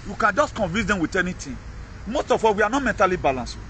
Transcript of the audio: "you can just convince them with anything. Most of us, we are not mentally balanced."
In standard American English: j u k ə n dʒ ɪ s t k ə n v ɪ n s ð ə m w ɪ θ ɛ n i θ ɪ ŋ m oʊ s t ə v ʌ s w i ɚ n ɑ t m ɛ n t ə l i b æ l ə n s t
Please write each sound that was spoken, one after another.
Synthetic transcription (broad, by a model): j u k ə n dʒ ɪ s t k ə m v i s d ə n w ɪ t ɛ n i t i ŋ m oʊ s t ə f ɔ w i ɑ n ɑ m ɛ n t ə l i b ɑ l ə n s